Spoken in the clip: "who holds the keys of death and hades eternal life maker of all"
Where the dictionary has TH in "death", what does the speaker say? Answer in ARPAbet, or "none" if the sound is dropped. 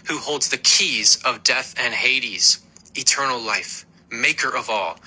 TH